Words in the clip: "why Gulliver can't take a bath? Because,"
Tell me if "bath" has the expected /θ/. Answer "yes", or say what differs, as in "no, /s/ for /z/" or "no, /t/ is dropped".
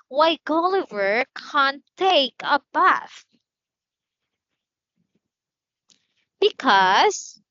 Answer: no, /f/ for /θ/